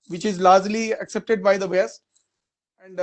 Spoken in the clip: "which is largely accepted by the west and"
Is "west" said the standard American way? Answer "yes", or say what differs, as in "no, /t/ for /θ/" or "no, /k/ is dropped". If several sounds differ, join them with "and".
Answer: no, /t/ is dropped